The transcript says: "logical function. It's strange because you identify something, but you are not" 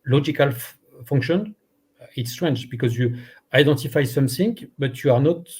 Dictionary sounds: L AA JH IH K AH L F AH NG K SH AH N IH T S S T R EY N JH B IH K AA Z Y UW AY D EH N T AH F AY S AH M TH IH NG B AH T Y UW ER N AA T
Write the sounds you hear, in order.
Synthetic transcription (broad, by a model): L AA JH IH K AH L F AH NG K SH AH N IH T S S T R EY N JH B IH K AA Z Y UW AY D EH N T AH F AY S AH M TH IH NG B AH T Y UW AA N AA T